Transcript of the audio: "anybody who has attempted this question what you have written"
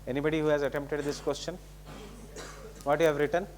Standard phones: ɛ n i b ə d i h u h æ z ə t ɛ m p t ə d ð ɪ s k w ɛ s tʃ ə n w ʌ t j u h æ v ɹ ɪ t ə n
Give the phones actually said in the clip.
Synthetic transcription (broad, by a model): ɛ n i b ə d i h u h æ z ə t ɛ m p t ə d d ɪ s k w ɛ s tʃ ə n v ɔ t j u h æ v ɹ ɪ t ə n